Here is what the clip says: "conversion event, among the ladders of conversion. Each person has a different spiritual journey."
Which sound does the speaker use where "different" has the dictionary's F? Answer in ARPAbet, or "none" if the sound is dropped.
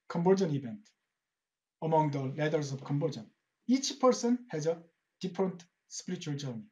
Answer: P